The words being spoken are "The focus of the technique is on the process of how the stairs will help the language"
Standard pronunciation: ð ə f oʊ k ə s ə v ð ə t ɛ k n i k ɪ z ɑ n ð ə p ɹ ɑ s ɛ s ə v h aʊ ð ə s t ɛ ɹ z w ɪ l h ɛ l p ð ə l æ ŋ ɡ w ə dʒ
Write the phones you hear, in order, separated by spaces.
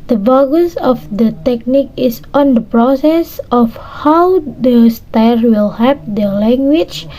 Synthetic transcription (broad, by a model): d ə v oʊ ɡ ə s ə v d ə t ɛ k n i k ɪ s ɑ n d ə p ɹ ɑ s ɛ s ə f h aʊ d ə s t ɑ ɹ w ɪ l h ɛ p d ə l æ ŋ ɡ w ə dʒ